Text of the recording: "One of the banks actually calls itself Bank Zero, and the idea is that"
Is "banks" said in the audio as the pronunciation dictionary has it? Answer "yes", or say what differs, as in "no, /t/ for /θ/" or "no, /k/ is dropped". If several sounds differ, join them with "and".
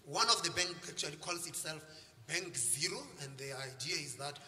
no, /s/ is dropped